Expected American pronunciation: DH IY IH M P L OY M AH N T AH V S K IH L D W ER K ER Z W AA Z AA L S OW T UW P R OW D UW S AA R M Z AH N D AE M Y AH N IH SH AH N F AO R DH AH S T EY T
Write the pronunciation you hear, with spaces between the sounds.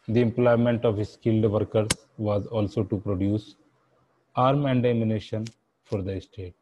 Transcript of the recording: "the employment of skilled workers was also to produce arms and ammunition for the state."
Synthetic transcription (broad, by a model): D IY IH M P L OY M AH N T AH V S K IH L D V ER K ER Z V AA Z AA L S OW T UW P R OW D UW S AA R M AH N D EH M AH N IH SH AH N F AO R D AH S T EY T